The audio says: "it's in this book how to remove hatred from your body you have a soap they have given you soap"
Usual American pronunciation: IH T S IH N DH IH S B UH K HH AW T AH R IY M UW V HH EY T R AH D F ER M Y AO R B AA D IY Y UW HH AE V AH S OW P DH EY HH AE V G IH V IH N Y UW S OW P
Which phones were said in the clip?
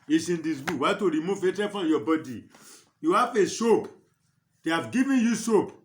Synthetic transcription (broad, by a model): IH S IH N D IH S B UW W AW T AH R IY M UW V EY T AH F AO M Y AO B AA D IY Y UW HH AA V AH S OW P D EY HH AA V G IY V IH N Y UW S OW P